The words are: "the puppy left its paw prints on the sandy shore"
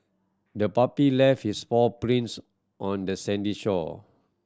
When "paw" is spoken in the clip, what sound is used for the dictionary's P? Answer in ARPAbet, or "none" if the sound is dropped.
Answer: F